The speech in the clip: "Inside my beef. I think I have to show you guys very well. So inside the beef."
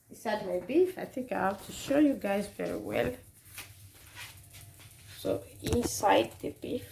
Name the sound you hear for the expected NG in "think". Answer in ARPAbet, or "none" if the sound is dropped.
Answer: none